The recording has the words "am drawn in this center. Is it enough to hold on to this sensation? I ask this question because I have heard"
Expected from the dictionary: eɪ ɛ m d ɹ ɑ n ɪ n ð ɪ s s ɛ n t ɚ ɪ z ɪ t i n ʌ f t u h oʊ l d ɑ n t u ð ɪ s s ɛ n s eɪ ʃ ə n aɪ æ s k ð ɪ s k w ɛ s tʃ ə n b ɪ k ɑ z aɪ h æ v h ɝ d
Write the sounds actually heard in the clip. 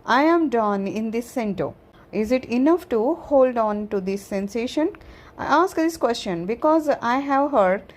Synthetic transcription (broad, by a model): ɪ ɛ m d ɑ n ɪ n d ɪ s s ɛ n t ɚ ɪ z ɪ t i n ʌ f t u h oʊ l d ɑ n t u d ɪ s s ɛ n s eɪ ʃ ə n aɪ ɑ s k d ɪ s k w ɛ s tʃ ə n b ɪ k ɑ z aɪ h æ v h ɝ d